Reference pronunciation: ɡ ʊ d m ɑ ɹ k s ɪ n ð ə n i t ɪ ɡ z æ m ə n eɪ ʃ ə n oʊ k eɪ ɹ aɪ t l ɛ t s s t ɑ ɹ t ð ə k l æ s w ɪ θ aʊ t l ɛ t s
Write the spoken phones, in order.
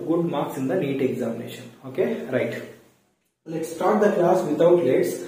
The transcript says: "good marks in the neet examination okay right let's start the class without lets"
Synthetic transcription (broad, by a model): ɡ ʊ d m ɑ ɹ k s ɪ n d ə n i t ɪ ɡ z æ m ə n eɪ ʃ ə n oʊ k eɪ ɹ aɪ t l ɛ t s s t ɑ ɹ t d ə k l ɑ s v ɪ t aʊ t l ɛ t s